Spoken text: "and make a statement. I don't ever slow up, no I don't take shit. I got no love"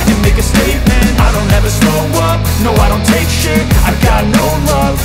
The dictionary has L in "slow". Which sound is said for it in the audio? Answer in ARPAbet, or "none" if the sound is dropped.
none